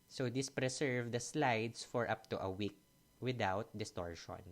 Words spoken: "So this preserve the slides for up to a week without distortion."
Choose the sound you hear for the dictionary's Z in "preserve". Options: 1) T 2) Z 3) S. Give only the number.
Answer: 3